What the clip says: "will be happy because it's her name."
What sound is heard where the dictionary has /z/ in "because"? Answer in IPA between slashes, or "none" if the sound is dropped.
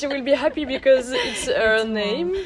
/z/